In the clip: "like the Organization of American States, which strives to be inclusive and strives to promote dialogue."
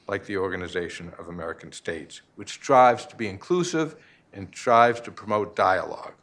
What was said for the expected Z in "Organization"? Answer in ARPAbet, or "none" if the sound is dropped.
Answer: Z